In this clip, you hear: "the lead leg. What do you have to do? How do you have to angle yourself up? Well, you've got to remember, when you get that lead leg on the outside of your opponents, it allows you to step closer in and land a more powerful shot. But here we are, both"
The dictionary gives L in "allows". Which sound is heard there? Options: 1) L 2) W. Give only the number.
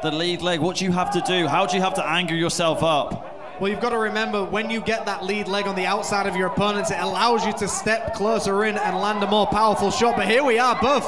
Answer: 1